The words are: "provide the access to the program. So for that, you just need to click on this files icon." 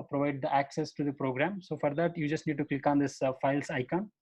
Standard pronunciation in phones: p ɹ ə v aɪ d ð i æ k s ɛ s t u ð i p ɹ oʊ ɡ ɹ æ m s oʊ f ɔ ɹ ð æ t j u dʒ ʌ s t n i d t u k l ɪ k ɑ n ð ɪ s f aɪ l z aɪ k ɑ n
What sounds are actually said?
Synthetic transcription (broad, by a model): p ɹ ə v aɪ d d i æ k s ɛ s t u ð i p ɹ oʊ ɡ ɹ æ m s oʊ f ɔ ɹ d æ t j u dʒ ʌ s t n i d t u k l ɪ k ɑ n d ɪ s f aɪ l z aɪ k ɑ n